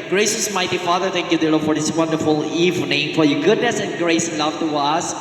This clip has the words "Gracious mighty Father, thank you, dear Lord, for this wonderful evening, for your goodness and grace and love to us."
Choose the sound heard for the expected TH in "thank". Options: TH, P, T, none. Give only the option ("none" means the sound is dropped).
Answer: T